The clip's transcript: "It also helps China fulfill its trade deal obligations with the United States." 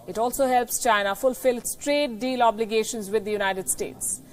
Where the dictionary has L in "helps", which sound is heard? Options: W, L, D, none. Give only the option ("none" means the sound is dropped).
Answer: L